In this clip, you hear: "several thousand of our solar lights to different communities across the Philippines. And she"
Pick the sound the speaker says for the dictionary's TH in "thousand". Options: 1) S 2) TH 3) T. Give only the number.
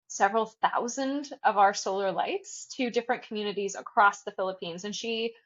2